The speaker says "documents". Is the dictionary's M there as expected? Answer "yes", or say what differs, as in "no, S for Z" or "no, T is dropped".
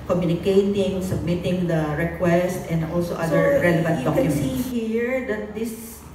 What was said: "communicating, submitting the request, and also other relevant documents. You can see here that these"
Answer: no, M is dropped